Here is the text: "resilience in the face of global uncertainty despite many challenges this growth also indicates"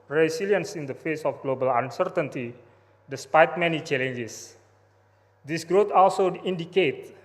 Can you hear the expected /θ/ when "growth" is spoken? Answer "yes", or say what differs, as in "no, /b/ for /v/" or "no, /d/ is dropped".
no, /t/ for /θ/